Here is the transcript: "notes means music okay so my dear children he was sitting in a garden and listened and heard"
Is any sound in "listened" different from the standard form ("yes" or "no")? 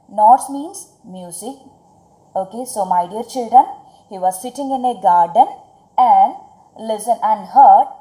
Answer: yes